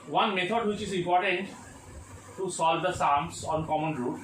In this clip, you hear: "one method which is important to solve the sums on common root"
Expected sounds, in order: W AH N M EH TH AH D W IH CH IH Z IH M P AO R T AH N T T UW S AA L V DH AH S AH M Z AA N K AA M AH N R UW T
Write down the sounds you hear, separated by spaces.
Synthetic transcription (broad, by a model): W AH N M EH T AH D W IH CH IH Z IH M P AO R T AH N T T UW S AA L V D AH S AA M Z AA N K AA M AH N R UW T